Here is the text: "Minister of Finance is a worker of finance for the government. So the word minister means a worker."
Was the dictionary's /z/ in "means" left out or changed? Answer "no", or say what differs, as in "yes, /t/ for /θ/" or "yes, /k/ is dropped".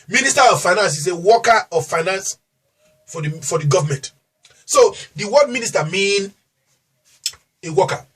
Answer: yes, /z/ is dropped